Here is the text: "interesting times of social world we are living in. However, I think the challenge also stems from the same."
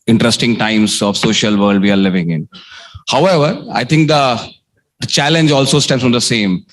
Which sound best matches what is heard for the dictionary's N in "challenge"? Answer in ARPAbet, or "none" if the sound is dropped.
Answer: N